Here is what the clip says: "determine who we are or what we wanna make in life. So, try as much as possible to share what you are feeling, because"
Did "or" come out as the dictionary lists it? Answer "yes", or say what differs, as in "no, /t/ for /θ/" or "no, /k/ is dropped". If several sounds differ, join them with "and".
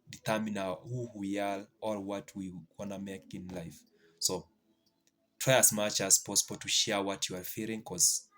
no, /l/ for /ɹ/